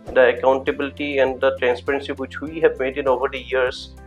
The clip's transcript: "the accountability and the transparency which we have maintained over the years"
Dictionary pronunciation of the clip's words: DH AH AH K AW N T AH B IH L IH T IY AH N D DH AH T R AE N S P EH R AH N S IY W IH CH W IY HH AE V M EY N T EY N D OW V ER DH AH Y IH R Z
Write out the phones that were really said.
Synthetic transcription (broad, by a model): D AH AH K AW N T AH B IH L IH T IY AH N D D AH T R AE N S P EH R AH N S IY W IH CH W IY HH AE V M EY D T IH N OW V ER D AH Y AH R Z